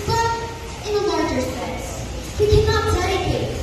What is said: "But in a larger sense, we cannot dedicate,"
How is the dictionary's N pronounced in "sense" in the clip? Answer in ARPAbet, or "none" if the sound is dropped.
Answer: none